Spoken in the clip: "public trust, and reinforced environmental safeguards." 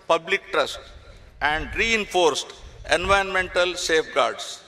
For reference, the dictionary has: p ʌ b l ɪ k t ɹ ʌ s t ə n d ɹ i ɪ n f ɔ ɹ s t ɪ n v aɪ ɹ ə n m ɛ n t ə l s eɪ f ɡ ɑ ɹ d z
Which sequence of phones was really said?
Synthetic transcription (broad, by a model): p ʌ b l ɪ k t ɹ ʌ s t ə n d ɹ i ɪ n f ɔ ɹ s t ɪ n v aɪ ə n m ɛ n t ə l s eɪ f ɡ ɑ ɹ d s